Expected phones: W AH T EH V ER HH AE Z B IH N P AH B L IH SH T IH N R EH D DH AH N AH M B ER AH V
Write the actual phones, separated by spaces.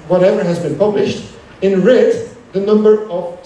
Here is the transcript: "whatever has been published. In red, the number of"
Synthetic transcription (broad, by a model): W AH T EH V ER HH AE Z B IH N P AH B L IH SH T IH N R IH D DH AH N AH M B ER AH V